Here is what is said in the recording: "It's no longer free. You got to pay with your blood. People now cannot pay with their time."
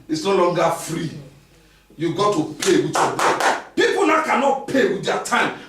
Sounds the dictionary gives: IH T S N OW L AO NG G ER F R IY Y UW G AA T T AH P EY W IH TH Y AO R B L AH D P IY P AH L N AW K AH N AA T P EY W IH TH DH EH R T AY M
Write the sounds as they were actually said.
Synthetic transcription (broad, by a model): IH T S N OW L AO NG G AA F R IY Y UW G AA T T AH P EY W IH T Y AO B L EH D P IY P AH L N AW K AH N AA T P EY W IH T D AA T AY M